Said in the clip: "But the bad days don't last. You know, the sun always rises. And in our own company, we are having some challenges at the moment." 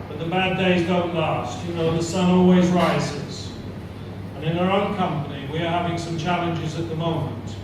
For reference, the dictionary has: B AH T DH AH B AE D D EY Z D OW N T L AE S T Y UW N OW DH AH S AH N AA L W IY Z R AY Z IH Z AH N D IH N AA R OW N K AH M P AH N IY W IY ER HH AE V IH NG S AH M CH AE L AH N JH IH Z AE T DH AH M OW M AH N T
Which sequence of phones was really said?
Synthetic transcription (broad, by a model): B AH T DH AH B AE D D EY Z D OW N T L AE S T Y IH N OW DH AH S AH N AA L W IY Z R AY Z IH Z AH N IH N AA R OW N K AH M P AH N IY W IY ER HH AE V IH NG S AH M CH AE L AH N JH IH Z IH T DH AH M OW M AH N T